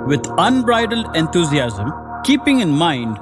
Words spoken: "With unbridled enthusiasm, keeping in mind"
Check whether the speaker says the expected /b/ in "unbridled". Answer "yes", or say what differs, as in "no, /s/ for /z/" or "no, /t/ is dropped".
yes